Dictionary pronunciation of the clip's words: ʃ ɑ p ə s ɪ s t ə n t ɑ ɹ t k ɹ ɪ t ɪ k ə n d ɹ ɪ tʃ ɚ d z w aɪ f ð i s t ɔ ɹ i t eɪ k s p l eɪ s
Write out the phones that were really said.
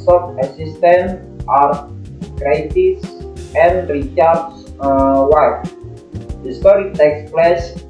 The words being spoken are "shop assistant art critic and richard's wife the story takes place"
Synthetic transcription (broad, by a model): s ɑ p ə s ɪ s t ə n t ɑ ɹ t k ɹ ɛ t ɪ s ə n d ɹ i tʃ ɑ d s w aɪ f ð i s t ɔ ɹ i t eɪ k s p l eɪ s